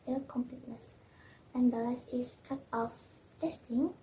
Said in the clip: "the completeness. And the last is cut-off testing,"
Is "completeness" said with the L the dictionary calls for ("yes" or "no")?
yes